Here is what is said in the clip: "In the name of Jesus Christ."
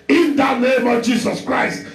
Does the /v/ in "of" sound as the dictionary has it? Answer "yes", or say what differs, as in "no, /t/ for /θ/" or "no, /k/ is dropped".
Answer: yes